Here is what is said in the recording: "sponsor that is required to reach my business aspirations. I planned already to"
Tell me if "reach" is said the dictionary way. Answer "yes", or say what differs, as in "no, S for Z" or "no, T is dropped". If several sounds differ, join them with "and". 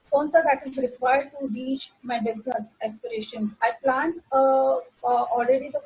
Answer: yes